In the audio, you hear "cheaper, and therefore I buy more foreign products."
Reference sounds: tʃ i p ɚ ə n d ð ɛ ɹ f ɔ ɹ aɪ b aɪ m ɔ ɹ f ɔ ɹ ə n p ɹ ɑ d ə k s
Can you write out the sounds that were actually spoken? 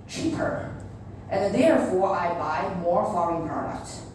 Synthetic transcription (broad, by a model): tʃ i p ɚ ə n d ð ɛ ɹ f ɔ ɹ aɪ b aɪ m ɔ ɹ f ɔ ə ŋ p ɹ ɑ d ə k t